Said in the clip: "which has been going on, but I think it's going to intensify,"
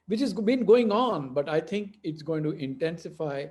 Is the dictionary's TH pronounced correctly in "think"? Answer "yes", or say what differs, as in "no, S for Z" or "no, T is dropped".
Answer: no, T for TH